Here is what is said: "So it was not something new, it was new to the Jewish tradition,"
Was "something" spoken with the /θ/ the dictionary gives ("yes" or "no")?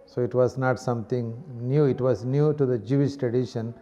no